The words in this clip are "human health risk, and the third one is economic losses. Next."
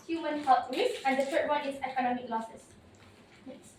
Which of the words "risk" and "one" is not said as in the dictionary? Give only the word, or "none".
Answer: risk